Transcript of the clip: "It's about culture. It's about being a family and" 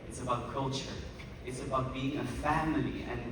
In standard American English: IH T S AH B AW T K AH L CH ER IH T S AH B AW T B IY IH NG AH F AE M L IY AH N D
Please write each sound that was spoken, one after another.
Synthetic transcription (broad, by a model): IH T S AH B AW T K AH L CH ER IH T S AH B AW T B IY IH NG AH F AE M L IY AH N